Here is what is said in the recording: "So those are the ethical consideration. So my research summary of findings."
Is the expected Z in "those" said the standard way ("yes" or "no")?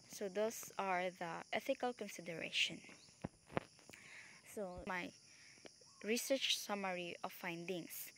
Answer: no